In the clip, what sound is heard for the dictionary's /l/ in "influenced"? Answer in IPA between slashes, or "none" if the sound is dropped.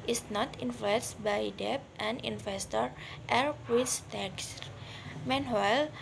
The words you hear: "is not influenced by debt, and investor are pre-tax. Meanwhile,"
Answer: none